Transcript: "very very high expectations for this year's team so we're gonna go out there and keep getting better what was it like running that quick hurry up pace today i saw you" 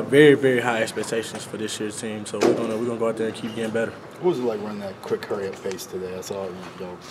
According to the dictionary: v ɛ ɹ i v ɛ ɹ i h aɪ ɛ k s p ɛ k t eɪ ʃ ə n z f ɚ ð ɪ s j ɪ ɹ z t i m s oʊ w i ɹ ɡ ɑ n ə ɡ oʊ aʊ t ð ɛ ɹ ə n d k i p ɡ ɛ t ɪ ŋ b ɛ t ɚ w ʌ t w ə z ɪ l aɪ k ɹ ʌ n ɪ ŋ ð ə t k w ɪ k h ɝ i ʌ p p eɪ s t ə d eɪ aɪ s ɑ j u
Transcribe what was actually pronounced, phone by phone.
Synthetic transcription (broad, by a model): v ɛ ɹ i v ɛ ɹ i h aɪ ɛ k s p ɛ k t eɪ ʃ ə n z f ɚ ð ɪ s j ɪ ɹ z t i m s oʊ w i w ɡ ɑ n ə ɡ oʊ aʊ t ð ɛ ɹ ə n k i p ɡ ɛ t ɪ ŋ b ɛ t ɚ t w ə z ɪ l aɪ k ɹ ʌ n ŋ ð ə t k w ɪ k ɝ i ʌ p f eɪ s t ə d eɪ aɪ s ɑ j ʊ